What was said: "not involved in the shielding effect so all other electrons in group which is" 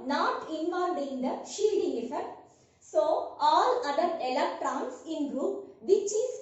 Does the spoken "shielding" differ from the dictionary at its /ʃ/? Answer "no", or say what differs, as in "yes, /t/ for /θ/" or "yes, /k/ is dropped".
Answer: no